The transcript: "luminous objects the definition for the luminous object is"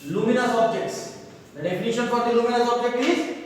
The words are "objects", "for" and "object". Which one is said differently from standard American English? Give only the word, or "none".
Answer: for